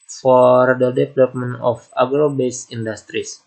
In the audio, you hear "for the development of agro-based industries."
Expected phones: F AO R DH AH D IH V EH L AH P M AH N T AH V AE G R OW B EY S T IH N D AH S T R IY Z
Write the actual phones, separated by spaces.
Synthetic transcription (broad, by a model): F AO R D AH D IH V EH L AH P M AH N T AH F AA G R OW B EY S IY N D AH S T R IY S